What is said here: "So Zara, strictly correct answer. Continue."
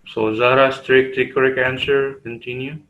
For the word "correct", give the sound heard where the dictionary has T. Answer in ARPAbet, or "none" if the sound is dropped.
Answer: none